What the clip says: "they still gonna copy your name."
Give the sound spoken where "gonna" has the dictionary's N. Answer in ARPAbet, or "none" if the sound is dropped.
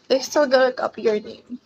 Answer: none